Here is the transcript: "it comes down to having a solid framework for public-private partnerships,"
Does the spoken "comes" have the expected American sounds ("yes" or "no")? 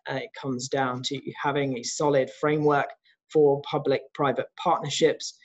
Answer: yes